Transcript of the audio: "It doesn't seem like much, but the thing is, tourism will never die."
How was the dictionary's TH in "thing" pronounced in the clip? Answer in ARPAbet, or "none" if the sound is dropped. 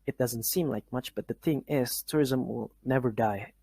TH